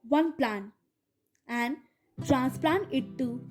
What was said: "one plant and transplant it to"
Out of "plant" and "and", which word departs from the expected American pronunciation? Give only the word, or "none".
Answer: plant